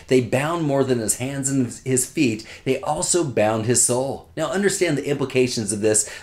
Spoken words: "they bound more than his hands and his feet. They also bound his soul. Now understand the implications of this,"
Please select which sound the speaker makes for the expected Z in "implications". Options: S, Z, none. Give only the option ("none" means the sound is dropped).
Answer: Z